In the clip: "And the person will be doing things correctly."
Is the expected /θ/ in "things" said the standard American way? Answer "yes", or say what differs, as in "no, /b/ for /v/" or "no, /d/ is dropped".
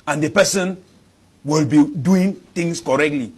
no, /t/ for /θ/